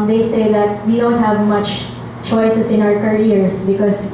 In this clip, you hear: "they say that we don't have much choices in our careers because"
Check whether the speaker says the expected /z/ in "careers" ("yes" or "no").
no